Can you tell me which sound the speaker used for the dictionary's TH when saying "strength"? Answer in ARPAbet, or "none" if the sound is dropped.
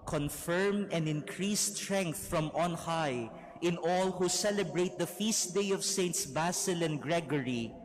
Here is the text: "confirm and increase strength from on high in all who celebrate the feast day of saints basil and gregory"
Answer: TH